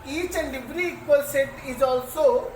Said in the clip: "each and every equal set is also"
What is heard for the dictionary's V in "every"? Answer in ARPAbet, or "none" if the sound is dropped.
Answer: B